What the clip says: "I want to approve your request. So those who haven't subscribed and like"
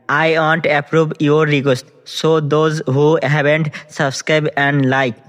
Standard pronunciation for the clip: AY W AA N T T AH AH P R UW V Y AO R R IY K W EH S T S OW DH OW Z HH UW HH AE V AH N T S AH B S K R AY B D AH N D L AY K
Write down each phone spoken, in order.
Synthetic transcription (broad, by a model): AY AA N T T AH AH P R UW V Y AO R R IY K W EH S T S OW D OW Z HH UW HH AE B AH N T S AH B S K R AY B AH N D L AY K